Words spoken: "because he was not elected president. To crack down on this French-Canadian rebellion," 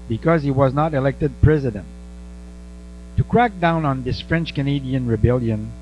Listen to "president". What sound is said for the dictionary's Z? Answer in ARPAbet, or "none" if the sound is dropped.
Z